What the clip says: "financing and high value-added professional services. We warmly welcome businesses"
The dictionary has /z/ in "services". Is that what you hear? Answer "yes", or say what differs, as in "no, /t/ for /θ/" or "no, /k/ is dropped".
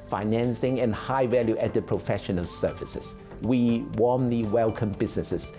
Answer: no, /s/ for /z/